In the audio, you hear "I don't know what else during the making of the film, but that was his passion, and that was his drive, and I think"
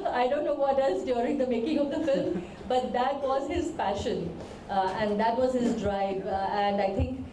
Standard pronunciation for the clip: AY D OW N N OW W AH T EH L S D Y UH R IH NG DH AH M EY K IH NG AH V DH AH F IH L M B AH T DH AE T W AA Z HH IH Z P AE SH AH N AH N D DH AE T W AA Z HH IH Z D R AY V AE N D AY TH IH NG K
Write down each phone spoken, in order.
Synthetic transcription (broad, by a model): AY D OW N N OW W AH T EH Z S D Y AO R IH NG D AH M EY K IH NG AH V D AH F IH L M B AH T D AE T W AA Z HH IH Z P AE SH AH N AH N D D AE T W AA Z HH IH Z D R AY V AE N D AY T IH NG K